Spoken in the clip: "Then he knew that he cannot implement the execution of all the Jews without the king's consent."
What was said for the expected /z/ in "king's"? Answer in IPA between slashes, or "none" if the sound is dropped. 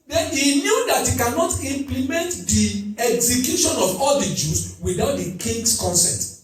/s/